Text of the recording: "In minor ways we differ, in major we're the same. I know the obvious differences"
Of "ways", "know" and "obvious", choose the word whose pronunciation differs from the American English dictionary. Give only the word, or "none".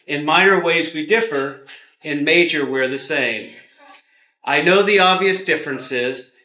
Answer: none